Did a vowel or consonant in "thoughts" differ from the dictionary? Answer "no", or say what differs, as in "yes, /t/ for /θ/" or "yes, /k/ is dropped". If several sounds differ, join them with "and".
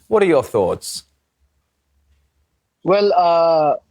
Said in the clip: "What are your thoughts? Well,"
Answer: no